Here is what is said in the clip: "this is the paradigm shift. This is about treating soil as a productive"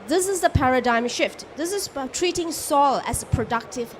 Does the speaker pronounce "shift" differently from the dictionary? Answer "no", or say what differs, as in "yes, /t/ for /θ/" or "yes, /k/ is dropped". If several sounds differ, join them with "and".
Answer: no